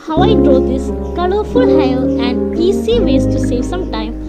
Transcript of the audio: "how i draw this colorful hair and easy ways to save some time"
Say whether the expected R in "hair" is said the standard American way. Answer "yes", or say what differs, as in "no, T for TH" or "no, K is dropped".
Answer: no, L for R